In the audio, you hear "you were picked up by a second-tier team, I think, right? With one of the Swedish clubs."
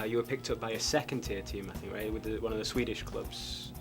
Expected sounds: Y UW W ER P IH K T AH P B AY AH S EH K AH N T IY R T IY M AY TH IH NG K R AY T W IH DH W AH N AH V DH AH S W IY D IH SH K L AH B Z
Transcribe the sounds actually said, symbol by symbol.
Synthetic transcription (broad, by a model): Y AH W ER P IH K T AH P B AY AH S EH K AH N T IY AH T IY M AY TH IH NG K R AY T W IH DH W AH N AH V DH AH S W IY D IH SH K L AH B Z